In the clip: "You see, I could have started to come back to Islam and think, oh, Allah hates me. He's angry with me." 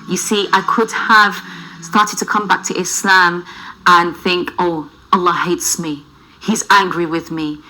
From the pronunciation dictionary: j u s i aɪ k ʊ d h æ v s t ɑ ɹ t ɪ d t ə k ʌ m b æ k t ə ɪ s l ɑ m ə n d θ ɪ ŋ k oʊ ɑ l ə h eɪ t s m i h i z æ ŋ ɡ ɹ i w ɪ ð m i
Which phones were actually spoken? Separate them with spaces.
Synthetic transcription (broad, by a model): j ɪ s i aɪ k ʊ d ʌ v s t ɑ ɹ t ɪ d t ə k ʌ m b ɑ k t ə ɪ s l ɑ m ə n θ ɪ ŋ k oʊ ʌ l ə h eɪ t s m i h i z æ ŋ ɡ ɹ i w ɪ ð m i